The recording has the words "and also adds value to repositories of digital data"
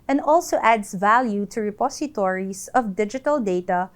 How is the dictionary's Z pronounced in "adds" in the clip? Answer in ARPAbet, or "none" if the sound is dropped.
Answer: S